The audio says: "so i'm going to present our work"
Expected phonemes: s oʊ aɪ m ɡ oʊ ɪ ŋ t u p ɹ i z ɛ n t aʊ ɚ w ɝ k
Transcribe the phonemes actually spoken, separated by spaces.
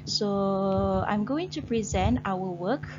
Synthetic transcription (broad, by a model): s oʊ aɪ m ɡ oʊ ɪ ŋ t u p ɹ i z ɛ n t aʊ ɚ w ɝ k